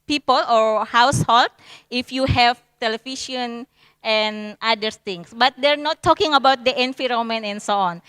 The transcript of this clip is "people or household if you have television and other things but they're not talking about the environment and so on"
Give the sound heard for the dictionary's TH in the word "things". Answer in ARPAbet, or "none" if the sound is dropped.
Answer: S